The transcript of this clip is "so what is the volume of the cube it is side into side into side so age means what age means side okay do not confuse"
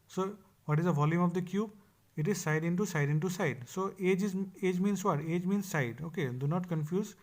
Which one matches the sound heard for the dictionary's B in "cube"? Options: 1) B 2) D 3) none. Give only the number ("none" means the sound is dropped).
1